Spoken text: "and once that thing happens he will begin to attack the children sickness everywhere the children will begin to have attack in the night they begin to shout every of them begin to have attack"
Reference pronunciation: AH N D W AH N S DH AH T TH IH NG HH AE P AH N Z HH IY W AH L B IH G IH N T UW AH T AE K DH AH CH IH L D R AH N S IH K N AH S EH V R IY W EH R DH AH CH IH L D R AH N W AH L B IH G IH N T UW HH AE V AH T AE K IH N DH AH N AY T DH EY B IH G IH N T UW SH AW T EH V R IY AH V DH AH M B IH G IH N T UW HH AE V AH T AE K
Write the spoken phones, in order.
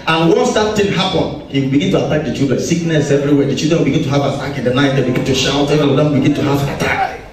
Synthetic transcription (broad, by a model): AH N W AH N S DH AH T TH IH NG HH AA P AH N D HH IY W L B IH G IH N T UW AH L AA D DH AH CH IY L D R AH N S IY K N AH S EH V R IY W EH R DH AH CH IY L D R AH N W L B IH G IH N T UW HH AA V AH S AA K IH N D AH N AY T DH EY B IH G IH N T UW SH AW T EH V IY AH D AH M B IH G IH N T UW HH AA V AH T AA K